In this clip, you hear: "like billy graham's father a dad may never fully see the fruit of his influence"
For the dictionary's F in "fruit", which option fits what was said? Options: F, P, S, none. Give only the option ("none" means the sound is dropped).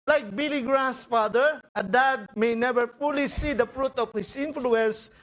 F